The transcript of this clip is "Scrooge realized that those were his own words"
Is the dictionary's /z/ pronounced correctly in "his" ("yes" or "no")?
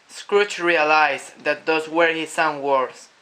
no